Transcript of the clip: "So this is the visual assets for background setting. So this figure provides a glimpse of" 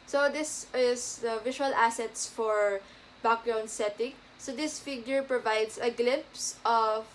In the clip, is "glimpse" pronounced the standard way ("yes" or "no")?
yes